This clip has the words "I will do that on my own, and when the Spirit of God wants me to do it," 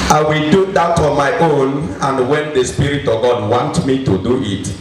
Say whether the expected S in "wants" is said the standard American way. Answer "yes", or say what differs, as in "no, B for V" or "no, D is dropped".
no, S is dropped